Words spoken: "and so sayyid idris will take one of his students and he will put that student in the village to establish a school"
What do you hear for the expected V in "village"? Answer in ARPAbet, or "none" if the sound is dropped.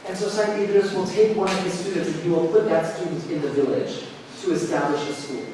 V